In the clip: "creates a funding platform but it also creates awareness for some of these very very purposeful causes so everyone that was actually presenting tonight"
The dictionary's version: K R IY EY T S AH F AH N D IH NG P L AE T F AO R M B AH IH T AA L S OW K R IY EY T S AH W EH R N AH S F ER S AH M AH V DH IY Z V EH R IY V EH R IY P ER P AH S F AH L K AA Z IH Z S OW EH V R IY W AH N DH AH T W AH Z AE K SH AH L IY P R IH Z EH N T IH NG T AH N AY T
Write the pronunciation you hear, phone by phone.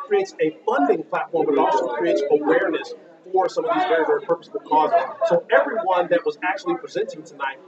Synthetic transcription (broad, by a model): K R IY EY T S AH F AH N D IH NG P L AE T F AO R M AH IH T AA S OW K R IY EY T S AH W EH R N AH S F ER S AH M AH V DH IY Z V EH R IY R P ER P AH S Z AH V K AA Z IH Z S OW EH V R IY W AH N DH AH T W AH Z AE K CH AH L IY P R IH Z EH N T IH NG T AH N AY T